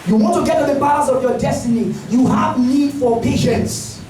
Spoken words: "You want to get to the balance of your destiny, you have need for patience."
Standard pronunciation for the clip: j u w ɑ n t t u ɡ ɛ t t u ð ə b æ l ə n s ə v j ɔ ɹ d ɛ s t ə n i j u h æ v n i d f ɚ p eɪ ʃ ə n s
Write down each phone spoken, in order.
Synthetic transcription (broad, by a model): j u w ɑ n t t u ɡ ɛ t t u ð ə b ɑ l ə s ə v j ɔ d ɛ s t ə n i j u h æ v n i d f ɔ p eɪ ʃ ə n s